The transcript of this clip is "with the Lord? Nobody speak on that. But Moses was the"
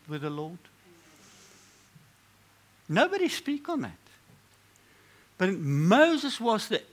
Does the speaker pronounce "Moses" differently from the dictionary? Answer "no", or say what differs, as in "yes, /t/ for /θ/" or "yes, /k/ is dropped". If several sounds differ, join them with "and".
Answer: no